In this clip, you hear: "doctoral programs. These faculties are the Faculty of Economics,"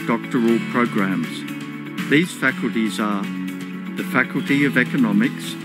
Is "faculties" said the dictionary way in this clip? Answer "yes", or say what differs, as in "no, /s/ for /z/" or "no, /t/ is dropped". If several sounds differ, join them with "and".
yes